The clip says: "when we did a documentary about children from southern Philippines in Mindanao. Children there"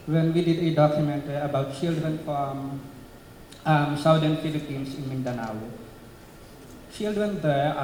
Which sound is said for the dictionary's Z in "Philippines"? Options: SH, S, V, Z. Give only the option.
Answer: S